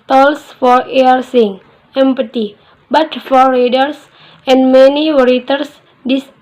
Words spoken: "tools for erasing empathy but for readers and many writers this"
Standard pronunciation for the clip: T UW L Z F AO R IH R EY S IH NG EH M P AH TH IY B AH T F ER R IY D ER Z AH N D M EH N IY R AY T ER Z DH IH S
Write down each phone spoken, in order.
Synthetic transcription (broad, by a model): T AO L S F AO R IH R S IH NG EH M P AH T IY B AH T F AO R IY D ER S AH N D M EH N IY R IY T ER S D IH S